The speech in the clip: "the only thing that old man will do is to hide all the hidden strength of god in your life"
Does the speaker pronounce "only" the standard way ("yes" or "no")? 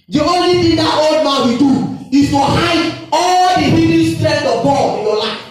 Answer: yes